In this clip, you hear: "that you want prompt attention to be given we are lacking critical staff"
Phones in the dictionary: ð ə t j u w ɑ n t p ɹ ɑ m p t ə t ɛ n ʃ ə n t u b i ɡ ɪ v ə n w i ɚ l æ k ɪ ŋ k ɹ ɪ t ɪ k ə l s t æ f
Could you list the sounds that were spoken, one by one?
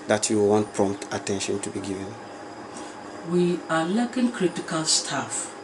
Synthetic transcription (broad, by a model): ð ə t j u w ɑ n t p ɹ ɑ m p t ə t ɛ n ʃ ə n t u b i ɡ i v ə n w i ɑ l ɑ k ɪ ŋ k ɹ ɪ t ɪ k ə l s t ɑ f